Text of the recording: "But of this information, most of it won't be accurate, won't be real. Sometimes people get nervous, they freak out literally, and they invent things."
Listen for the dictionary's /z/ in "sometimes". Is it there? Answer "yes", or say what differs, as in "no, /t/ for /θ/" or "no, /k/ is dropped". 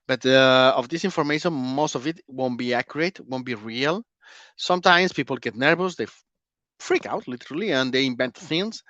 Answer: no, /s/ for /z/